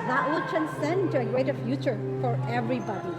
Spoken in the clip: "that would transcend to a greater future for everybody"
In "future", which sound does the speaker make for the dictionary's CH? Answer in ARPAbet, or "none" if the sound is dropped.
CH